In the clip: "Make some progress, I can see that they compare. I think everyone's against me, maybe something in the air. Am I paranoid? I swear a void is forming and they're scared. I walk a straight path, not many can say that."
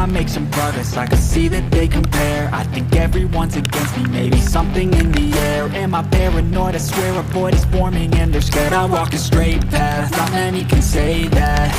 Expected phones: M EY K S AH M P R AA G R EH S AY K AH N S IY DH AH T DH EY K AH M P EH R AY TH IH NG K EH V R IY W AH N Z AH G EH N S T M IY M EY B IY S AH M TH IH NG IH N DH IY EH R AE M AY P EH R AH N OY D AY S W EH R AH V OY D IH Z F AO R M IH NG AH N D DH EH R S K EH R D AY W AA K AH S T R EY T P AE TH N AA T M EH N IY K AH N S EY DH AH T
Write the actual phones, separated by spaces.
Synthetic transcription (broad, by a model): M EY K S AH M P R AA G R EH S AY K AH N S IY DH AH T DH EY K AH M P EH R AY TH IH NG K EH V R IY W AH N Z AH G EH N S T M IY M EY B IY S AH M TH IH NG IH N DH IY EH R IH M AY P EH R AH N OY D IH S W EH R AH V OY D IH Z F AO R M IH NG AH N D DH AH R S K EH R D AY W AA K AH S T R EY T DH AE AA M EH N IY K AH N S EY DH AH T